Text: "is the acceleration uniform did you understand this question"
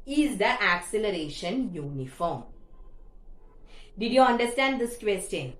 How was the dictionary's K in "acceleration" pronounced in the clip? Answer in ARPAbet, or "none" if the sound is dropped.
K